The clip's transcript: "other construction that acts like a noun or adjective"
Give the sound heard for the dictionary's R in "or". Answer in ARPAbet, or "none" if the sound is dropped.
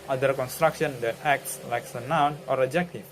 R